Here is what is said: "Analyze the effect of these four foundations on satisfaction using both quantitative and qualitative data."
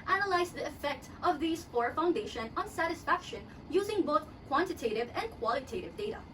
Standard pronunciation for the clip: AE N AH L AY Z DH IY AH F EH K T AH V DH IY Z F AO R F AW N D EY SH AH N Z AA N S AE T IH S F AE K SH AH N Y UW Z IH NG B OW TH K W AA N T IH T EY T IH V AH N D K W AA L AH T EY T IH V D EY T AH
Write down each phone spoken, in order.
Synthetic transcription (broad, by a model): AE N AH L AY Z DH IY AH F EH K T AH V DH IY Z F AO R F AW N D EY SH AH N AA N S AE T IH S F AE K SH AH N Y UW Z IH NG B OW TH K W AA N T IH T EY T IH V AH N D K W AA L AH T EY T IH V D EY T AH